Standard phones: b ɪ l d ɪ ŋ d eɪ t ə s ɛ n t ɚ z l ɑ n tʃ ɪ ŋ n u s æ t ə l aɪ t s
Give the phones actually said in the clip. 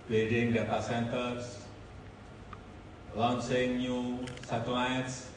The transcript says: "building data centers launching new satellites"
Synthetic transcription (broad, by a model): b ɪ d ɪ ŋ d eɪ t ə s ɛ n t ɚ s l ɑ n s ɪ ŋ n u s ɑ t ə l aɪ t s